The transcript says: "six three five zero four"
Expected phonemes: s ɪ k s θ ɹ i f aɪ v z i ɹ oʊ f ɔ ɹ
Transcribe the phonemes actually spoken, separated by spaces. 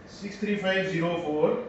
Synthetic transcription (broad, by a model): s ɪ k s t ɹ i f aɪ b z i ɹ oʊ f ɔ ɹ